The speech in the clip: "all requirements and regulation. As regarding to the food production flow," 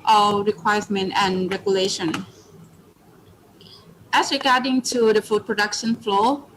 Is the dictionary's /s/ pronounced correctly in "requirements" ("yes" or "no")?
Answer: no